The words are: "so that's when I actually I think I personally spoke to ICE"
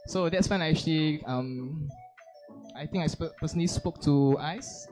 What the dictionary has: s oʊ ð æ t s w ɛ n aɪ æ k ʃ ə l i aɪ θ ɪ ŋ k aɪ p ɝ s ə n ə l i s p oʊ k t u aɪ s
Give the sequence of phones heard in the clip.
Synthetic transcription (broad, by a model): s oʊ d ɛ t s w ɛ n aɪ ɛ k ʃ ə l i aɪ t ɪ ŋ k aɪ p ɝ s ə n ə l i s p oʊ k t u aɪ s